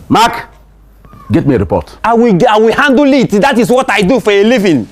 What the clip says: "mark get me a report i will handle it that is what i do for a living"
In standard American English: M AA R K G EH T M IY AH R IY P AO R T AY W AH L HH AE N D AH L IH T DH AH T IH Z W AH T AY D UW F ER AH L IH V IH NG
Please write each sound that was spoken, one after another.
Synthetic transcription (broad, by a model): M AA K G EH T M IY AH R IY P AO T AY W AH W HH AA N D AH L IH T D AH T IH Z W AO T AY D UW F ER AH L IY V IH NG